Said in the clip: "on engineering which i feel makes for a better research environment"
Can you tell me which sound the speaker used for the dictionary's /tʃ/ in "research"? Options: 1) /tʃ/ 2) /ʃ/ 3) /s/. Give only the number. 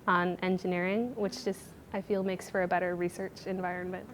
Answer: 1